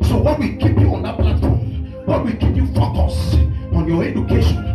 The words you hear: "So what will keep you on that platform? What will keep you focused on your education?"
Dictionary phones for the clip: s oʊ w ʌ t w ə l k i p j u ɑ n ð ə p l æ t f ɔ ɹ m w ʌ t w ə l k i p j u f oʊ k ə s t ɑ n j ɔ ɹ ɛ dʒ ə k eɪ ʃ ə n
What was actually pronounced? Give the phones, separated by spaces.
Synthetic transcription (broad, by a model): s oʊ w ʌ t w ə l k i p j u ɑ n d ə p l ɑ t f ɔ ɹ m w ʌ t w ə l k i p j u f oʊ k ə s ɑ n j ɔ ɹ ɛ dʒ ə k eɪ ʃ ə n